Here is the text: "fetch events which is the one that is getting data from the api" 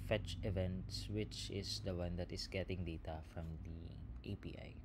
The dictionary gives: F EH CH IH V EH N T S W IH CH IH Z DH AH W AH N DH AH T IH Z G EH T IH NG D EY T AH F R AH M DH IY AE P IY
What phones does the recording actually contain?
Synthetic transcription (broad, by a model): F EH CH IH V EH N T S W IH CH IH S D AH W AH N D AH T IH S G EH T IH NG D EY T AH F R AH M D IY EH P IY